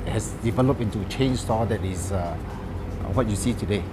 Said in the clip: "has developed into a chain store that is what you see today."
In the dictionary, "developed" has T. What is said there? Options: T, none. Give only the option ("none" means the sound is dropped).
none